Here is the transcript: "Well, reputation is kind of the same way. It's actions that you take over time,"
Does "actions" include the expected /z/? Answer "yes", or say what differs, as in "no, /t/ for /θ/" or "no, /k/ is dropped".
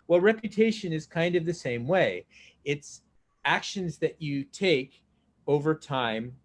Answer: yes